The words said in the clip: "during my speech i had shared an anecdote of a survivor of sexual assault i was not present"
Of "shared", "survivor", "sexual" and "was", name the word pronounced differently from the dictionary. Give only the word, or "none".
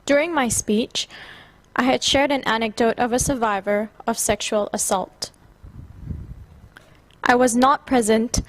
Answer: none